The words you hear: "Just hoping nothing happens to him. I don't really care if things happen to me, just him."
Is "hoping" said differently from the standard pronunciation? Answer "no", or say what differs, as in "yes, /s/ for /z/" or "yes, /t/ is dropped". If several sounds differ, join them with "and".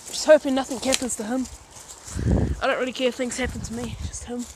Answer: yes, /f/ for /p/